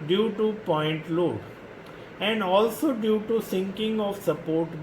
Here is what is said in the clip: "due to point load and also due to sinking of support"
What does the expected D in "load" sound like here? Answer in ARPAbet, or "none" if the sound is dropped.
none